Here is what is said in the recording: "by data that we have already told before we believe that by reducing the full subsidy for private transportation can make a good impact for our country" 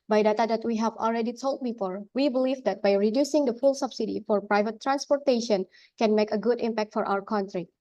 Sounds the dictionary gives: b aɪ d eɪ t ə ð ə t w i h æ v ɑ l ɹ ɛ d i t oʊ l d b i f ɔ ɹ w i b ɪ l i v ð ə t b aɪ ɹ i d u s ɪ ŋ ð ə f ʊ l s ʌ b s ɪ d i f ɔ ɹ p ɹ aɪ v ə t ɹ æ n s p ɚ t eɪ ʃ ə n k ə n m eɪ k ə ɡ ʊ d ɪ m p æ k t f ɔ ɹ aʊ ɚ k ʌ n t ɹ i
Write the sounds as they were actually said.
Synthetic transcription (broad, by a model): b aɪ d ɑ t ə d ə t w i h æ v ɑ l ɹ ɛ d i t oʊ l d b i f ɔ ɹ w i b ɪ l i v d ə t b aɪ ɹ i d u s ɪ ŋ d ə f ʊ l s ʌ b s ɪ d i f ɔ ɹ p ɹ aɪ v ə t ɹ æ n s p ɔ t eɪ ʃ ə n k ə n m eɪ k ə ɡ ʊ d ɪ m p æ k t f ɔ ɹ aʊ ɚ k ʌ n t ɹ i